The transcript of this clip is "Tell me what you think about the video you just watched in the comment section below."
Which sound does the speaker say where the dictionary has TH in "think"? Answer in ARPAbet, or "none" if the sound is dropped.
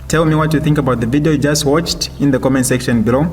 TH